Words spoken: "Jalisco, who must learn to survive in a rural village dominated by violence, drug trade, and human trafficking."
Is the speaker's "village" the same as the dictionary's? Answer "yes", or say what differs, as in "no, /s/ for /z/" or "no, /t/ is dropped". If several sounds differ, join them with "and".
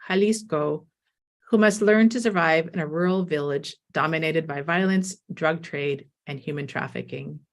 yes